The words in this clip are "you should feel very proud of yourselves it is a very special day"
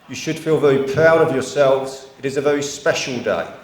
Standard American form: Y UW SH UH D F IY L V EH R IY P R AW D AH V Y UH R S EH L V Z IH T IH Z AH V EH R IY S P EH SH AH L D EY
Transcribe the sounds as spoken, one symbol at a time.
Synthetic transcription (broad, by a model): Y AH SH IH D F IY L V EH R IY P R AW D AH V Y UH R S EH L V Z IH T IH Z AH V EH R IY S P EH SH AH L D EY